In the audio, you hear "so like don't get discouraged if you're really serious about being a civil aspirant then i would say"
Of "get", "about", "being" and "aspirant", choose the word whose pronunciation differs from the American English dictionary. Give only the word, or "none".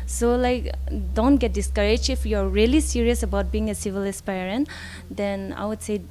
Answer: none